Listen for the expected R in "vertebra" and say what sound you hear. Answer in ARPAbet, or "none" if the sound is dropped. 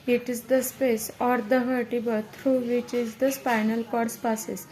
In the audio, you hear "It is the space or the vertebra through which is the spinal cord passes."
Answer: none